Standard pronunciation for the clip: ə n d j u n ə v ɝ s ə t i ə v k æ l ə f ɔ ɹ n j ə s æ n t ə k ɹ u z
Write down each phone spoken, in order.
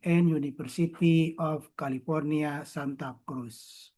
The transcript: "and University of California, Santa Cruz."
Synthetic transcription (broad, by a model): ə n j u n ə f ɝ s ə t i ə f k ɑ l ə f ɔ ɹ n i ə s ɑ n t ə k ɹ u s